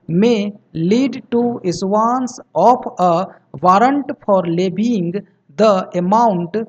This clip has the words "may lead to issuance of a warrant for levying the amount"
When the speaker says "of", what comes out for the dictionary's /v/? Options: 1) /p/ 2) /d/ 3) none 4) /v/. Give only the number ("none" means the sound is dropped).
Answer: 1